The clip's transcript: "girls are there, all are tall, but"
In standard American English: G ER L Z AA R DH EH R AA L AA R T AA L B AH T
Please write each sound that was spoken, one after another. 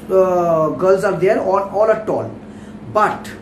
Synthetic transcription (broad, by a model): G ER L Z AA R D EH R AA N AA L T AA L B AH T